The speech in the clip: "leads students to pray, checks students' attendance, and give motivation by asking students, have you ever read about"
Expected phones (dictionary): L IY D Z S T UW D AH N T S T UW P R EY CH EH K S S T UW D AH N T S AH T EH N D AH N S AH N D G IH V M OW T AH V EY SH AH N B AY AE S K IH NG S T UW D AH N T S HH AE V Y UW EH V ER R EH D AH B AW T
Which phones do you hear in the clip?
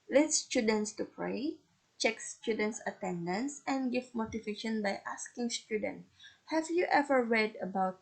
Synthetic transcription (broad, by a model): L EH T S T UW D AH N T S T UW P R EY CH EH K S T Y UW D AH N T S AH T EH N D AH N S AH N G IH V M OW T AH V EY SH AH N B AY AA S K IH NG S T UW D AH N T HH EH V Y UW EH V ER R EH D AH B AW T